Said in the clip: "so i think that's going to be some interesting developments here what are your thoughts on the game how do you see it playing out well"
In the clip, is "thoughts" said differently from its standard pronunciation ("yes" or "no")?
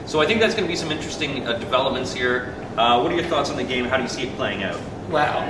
no